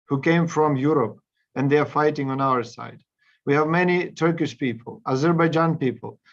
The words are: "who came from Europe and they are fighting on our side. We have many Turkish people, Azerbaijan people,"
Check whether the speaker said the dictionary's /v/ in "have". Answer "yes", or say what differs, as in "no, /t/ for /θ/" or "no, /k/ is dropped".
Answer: yes